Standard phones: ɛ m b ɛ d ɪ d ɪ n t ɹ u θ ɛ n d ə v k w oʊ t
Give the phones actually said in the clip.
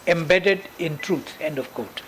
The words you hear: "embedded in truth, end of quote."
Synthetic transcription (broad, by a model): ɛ m b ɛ d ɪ d ɪ n t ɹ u s ɛ n d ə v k oʊ t